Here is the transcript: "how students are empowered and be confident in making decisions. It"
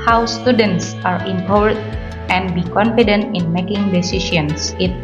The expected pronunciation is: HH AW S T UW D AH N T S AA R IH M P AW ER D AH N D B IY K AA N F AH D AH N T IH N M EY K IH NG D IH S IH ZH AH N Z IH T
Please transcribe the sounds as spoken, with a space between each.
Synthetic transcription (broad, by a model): HH AW S T UW D AH N T S AA R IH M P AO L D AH N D B IY K AA N F AH D AH N T IH N M EY K IH NG D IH S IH SH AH N S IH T